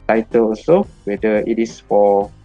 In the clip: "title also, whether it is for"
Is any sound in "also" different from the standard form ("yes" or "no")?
yes